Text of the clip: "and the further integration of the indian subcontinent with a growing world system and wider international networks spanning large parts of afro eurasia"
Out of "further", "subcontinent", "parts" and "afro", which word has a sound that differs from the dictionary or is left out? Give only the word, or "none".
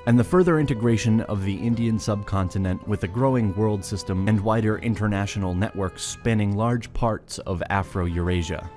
none